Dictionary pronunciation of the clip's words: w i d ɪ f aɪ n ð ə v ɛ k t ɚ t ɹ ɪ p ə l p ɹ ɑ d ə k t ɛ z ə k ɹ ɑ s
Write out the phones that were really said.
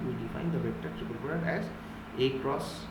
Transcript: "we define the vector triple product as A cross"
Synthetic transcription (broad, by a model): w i d ɪ f aɪ n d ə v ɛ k t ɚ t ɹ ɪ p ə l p ɑ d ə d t ɛ z ə k ɹ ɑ s